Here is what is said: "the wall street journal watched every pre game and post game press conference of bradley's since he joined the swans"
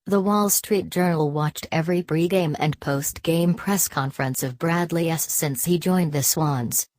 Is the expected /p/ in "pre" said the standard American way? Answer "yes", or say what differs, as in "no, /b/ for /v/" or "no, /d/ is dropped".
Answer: no, /b/ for /p/